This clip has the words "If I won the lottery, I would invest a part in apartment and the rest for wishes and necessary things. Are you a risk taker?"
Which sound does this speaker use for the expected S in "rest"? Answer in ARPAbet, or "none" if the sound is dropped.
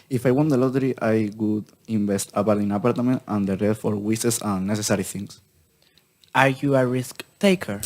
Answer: none